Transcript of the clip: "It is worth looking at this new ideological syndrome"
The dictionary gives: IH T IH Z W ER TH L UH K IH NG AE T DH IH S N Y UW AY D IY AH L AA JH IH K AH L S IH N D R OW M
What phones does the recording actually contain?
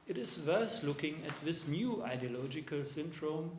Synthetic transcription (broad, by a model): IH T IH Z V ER T L UH K IH NG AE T DH IH S N Y UW AY D IY AH L AA JH IH K AH L S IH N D R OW M